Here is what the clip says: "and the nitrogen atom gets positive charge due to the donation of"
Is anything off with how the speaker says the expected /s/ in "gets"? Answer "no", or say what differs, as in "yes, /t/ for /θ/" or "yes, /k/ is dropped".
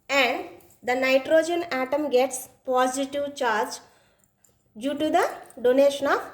no